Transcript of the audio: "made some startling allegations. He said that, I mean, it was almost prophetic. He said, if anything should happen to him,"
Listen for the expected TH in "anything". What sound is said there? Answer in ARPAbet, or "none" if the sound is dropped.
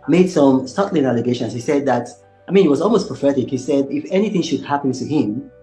TH